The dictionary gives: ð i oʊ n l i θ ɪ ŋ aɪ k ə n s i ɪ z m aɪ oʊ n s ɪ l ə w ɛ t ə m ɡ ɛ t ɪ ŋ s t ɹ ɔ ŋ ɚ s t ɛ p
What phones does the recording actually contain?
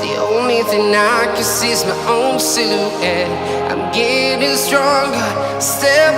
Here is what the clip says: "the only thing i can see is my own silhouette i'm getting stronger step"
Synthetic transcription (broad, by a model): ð i oʊ n l i θ ɪ ŋ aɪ k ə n s i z m aɪ oʊ n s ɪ ə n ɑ ə m ɡ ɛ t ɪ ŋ s t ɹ ɔ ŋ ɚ s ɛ